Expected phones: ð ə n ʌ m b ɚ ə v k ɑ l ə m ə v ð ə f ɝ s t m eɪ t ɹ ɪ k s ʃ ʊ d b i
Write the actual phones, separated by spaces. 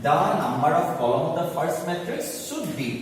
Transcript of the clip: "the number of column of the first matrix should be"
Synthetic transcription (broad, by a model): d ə n ʌ m b ɚ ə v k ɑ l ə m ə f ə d s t m eɪ t ɹ ɪ k s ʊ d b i